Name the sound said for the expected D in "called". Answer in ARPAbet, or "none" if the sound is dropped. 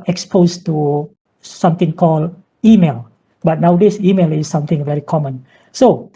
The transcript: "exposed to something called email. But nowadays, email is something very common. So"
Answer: none